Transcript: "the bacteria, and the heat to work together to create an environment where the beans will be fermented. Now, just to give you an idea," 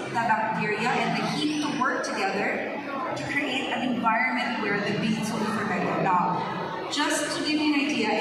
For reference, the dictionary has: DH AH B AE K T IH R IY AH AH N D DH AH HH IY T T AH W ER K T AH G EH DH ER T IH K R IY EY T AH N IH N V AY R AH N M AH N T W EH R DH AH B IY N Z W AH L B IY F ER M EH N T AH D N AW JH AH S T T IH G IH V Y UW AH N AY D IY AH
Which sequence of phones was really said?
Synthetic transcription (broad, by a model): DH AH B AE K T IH R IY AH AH N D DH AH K IY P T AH W ER K T AH G EH DH ER T IH K R IY EY T AH N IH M V AY R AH N M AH N T W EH R DH AH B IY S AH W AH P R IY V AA IH T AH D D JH AH S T T IH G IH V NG AH N AY D IY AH